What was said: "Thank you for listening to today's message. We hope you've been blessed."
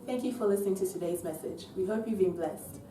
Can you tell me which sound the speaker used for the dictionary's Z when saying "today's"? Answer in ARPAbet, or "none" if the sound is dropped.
Z